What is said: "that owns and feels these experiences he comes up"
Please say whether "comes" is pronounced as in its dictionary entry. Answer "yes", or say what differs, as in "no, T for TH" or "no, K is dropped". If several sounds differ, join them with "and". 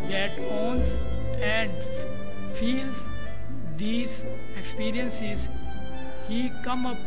no, Z is dropped